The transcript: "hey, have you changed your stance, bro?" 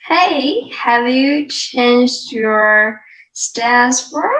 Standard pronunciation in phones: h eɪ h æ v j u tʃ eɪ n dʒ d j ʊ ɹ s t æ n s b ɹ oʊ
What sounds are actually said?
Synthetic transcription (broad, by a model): h eɪ h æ v j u tʃ eɪ n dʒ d j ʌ ɹ s t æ s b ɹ